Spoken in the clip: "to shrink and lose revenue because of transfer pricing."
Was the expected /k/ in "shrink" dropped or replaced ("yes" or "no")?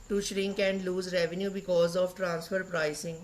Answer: no